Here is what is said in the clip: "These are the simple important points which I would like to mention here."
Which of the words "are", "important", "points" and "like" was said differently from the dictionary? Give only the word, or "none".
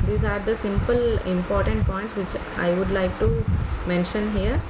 none